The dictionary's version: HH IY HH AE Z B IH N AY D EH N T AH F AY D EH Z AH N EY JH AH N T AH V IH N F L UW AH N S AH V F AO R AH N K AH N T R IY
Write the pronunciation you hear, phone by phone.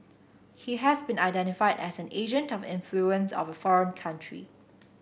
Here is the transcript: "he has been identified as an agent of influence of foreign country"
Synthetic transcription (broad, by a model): HH IY HH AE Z B IH N AY D EH N T AH F AY D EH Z AH N EY JH AH N T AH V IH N F L UW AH N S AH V F AO R AH N K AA N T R IY